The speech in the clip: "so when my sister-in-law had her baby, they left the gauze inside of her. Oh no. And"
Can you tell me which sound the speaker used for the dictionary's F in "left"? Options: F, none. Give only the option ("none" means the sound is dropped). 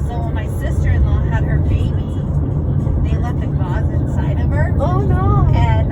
none